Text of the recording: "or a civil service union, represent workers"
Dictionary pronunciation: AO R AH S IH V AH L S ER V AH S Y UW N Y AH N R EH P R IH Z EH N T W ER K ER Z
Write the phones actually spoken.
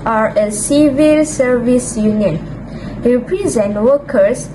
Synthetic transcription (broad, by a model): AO R AH S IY V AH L S ER V AH S Y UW N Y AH N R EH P R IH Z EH N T W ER K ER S